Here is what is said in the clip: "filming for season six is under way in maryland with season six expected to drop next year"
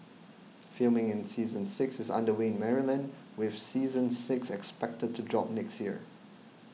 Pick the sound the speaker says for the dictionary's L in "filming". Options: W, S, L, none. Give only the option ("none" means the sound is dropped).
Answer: L